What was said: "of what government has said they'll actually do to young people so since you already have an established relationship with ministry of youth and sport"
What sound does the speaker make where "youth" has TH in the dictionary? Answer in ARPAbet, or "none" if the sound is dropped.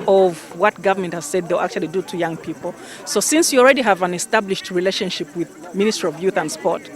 TH